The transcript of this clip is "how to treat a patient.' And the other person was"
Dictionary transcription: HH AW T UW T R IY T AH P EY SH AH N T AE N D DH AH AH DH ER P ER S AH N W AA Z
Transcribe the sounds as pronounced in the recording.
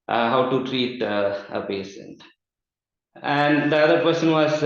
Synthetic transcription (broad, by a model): HH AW T UW T R IY T AH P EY S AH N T AE N D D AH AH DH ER P ER S AH N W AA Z